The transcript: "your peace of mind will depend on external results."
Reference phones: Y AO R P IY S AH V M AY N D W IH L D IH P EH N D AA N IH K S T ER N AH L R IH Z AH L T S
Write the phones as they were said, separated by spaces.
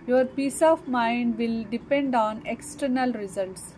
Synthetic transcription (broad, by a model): Y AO R P IY S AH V M AY N D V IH L D IH P EH N D AA N IH K S T ER N AH L R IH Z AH L T S